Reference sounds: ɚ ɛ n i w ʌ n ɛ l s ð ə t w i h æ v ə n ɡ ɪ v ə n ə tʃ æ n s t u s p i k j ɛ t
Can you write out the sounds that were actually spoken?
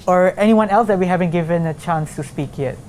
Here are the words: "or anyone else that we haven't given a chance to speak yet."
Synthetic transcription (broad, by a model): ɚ ɛ n i w ʌ n ɛ l s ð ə t w i h æ v ə n ɡ ɪ v ə n ə tʃ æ n s t u s p i k j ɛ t